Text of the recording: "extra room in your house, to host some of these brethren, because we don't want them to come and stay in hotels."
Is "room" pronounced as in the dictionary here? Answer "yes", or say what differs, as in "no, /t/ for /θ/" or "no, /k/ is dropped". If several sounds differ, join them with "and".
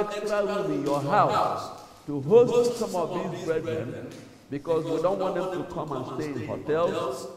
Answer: no, /w/ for /ɹ/ and /m/ is dropped